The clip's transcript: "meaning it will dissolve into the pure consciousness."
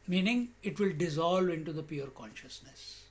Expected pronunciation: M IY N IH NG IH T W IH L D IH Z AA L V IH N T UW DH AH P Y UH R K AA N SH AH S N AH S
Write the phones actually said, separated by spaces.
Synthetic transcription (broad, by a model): M IY N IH NG IH T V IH L D IH Z AA L V IH N T UW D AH P Y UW R K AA N SH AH S N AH S